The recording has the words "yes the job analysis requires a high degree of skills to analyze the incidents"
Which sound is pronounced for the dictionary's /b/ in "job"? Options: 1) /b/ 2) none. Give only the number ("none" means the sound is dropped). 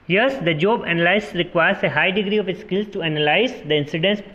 1